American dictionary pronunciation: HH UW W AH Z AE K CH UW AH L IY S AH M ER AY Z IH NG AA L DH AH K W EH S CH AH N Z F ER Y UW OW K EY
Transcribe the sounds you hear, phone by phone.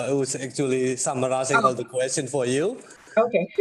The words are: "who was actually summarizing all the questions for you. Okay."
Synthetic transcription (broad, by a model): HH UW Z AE K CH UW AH L IY S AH M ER AY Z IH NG AA L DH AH K W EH S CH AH N F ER Y UW OW K EY